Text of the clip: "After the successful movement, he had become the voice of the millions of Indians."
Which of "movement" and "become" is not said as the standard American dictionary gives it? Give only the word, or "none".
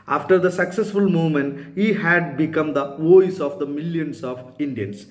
movement